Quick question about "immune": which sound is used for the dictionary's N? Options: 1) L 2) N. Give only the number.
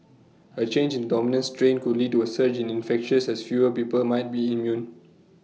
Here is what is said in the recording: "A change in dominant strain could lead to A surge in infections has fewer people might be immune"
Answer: 2